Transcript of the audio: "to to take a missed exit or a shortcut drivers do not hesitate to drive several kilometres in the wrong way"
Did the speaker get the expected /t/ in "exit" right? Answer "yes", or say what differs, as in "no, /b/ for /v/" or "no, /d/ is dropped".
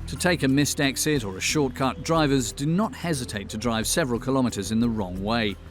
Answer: yes